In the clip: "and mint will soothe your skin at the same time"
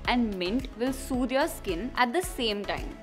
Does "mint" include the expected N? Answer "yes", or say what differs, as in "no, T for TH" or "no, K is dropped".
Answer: yes